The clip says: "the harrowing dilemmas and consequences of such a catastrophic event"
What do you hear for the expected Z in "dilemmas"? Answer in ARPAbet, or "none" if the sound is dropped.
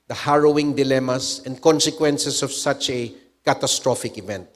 S